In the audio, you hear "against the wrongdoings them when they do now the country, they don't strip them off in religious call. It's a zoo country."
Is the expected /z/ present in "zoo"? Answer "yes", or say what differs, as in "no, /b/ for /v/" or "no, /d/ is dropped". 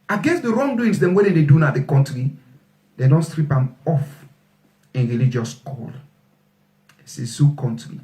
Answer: no, /s/ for /z/